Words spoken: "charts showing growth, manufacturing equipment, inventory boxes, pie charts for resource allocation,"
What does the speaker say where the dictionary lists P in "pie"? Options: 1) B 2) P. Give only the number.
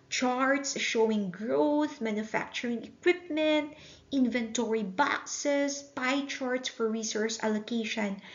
2